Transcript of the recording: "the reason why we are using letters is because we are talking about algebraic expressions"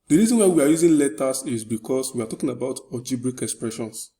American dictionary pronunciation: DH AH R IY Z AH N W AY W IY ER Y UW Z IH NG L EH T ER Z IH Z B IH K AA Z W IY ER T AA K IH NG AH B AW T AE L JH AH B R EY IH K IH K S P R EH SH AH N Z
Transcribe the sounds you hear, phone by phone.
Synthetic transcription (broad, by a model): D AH R IY Z AH N W AY W IY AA Y UW Z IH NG L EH T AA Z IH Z B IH K AA S W IY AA T AA K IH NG AH B AW T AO JH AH B R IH K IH K S P R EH SH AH N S